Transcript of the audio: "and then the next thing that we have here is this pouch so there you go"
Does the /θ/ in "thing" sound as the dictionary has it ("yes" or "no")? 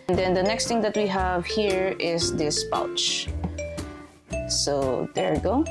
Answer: no